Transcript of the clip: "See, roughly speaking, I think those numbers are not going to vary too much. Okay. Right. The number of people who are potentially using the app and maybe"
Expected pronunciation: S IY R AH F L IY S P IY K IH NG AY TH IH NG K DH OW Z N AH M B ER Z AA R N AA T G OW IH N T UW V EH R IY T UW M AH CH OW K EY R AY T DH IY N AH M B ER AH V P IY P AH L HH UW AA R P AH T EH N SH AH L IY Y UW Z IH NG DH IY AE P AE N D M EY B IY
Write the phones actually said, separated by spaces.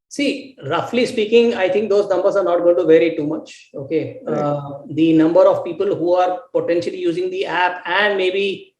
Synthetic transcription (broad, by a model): S IY R AH F L IY S P IY K IH NG AY T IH NG K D OW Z N AH M B ER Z AA R N AA T G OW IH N T UW V EH R IY T UW M AH CH OW K EY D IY N AH M B ER AH V P IY P AH L HH UW AA R P AH T EH N SH AH L IY Y UW Z IH NG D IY AE P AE N D M EY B IY